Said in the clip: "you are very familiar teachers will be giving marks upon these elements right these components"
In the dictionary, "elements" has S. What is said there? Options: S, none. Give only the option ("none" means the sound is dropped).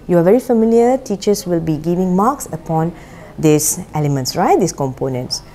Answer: S